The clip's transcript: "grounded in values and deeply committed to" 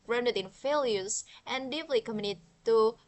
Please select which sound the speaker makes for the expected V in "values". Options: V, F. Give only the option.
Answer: F